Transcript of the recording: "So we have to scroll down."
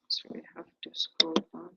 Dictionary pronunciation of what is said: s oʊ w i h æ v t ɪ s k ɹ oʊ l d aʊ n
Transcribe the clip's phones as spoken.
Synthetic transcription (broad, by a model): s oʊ w i h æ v t ɪ s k oʊ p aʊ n